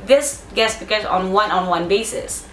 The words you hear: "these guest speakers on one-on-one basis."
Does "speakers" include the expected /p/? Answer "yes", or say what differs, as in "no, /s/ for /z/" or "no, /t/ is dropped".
no, /b/ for /p/